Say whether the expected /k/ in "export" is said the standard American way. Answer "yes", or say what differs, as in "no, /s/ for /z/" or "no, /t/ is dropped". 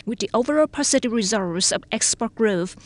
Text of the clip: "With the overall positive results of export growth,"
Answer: yes